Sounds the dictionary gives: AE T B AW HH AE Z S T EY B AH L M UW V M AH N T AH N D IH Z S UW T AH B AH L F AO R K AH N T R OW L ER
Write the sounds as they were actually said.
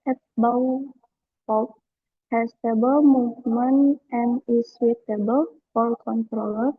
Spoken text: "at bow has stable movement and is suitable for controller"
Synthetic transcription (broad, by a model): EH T B AW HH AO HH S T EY B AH L M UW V M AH N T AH N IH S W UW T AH B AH L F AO L K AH N T R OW L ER